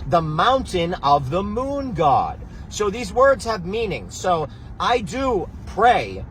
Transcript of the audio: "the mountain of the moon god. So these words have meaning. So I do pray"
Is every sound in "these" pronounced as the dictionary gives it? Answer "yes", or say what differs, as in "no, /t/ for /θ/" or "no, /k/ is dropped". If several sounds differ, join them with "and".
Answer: yes